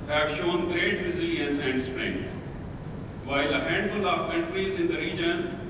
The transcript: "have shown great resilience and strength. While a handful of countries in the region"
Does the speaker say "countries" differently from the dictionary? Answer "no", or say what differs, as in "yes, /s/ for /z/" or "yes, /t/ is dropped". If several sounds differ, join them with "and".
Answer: no